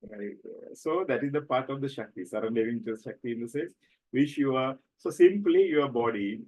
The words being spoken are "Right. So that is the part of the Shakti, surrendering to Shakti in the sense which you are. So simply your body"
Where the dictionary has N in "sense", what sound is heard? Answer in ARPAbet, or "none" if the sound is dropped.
none